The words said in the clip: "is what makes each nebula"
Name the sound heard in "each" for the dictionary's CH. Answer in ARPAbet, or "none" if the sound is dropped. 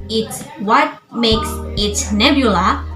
S